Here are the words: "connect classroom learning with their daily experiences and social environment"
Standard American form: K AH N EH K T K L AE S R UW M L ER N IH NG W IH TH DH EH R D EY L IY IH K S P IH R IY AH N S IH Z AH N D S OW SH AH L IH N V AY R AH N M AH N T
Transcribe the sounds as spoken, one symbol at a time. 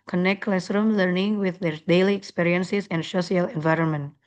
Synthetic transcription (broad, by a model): K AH N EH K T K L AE S R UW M L ER N IH NG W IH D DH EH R D EY L IY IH K S P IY R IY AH N S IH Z AH N D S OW S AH L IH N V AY R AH N M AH N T